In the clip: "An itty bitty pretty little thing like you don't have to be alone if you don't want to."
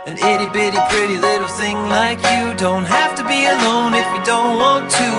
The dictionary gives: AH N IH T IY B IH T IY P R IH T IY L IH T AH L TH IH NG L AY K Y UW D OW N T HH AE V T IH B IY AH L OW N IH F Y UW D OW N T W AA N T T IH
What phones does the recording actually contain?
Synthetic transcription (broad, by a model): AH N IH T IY B IH T IY P R IH T IY L IH T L TH IH NG L AY K Y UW D OW N T HH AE F T IH B IY AH L OW N IH F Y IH D OW N T W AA N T T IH